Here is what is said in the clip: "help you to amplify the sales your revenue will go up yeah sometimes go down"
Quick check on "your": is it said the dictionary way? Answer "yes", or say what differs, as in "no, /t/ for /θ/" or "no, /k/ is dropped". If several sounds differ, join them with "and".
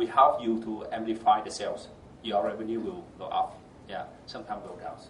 no, /l/ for /ɹ/